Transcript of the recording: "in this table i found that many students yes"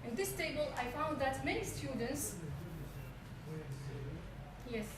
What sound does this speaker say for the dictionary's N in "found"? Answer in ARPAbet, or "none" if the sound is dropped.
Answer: N